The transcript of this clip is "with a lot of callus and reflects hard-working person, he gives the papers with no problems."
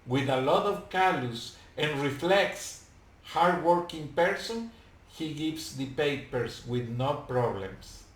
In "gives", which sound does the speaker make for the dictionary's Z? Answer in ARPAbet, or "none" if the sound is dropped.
S